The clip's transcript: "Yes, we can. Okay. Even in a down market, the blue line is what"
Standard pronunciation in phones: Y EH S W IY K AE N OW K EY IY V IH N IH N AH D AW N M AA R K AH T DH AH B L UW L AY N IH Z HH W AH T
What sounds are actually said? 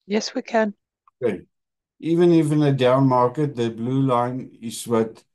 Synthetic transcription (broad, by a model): Y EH S W IY K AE N OW K EY IY V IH N IH N AH D AW N M AA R K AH T DH AH B L UW L AY N IH Z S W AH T